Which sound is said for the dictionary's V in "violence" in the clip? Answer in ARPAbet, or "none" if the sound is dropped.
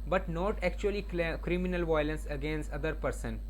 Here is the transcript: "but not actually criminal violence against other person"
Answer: V